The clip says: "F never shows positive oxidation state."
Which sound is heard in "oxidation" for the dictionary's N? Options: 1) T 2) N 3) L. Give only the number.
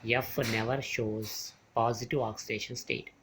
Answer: 2